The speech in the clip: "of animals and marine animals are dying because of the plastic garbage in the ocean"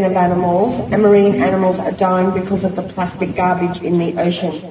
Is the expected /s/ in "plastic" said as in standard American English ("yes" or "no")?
yes